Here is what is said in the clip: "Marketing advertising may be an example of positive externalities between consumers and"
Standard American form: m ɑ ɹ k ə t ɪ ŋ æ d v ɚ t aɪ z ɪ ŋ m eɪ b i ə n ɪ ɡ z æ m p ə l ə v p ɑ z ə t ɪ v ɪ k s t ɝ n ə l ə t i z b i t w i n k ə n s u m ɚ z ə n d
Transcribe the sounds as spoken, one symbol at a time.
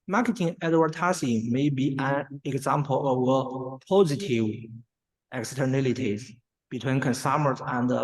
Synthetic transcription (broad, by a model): m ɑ ɹ k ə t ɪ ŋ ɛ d w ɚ t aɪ s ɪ m eɪ b i ə n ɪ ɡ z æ m p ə l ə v p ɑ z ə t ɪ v ɪ k s t ɝ n ə l ə t i z b i t w i n k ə n s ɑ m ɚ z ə n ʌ